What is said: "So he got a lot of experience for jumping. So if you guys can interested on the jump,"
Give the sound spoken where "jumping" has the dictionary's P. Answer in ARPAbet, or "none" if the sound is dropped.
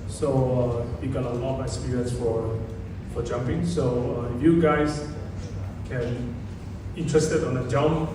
P